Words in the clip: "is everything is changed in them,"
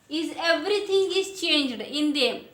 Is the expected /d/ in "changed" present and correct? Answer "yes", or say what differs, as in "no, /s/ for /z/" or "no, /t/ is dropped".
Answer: yes